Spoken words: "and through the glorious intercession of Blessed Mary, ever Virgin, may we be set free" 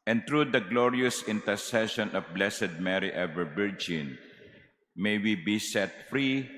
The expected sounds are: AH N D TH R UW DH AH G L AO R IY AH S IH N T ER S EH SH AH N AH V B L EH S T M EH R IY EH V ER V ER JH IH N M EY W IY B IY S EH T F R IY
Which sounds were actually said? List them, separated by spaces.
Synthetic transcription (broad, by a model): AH N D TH R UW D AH G L AO R IY AH S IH N T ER S EH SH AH N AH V B L EH S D M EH R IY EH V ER B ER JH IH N M EY W IY B IY S EH T F R IY